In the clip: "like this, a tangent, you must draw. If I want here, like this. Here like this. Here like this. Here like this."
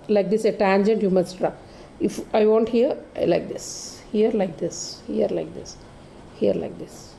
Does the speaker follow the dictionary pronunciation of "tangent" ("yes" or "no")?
yes